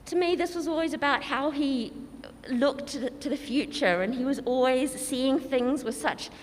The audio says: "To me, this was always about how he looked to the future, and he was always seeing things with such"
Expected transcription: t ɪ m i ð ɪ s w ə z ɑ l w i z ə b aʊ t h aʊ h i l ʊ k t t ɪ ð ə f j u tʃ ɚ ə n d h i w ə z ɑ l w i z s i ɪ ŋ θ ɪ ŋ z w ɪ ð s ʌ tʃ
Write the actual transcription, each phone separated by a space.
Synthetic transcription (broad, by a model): t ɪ m i ð ɪ s w ə z ɑ l w i z ə b aʊ t h aʊ i l ʊ k t t ɪ ð ə f j u tʃ ɚ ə n i w ə z ɑ l w i z s i ɪ ŋ θ ɪ ŋ z w ɪ ð s ʌ tʃ